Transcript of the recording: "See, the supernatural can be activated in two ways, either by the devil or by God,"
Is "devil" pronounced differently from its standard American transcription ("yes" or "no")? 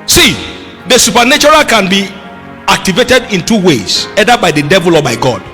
no